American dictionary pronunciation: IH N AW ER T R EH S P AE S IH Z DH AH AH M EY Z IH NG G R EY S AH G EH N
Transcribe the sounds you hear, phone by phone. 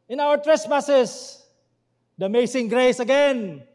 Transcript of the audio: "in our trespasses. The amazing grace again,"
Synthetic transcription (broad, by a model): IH N AW ER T R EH S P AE S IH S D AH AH M EY S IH NG G R EY S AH G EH N